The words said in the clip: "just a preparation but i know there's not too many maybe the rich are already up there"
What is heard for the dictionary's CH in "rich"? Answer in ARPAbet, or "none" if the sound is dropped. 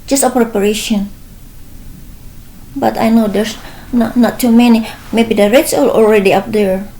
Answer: S